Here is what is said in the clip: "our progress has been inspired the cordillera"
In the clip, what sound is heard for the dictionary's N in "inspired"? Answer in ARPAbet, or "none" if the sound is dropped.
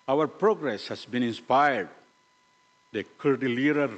N